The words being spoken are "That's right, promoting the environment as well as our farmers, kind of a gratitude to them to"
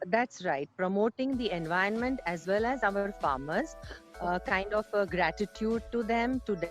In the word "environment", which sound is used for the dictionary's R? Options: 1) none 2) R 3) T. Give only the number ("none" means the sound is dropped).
1